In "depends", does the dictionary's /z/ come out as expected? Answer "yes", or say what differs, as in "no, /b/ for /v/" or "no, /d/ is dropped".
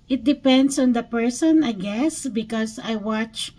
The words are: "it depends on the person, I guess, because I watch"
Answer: no, /s/ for /z/